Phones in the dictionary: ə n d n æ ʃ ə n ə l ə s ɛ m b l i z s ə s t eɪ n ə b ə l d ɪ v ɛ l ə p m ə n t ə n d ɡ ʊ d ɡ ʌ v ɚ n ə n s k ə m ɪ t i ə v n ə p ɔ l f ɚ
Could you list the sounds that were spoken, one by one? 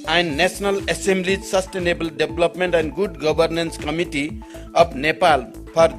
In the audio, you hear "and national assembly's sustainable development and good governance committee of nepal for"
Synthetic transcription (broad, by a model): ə n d n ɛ s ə n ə l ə s ɛ m b l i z s ə s t eɪ n ə b ə l d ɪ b l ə p m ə n t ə n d ɡ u d ɡ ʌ b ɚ n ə n s k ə m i t i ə p n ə p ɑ l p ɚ